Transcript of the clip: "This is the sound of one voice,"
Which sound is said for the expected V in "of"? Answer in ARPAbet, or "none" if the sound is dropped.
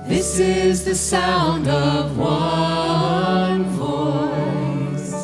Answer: V